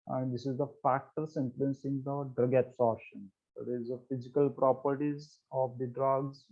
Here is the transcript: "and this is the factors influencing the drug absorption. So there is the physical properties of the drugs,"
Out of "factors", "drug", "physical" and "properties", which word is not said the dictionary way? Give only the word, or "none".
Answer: factors